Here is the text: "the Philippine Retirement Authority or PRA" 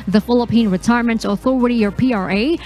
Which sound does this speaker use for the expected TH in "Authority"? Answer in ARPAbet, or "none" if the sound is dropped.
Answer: TH